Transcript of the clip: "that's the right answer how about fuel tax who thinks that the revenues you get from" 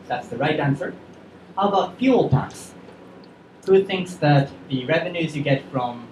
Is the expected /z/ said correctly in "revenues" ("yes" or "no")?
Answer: yes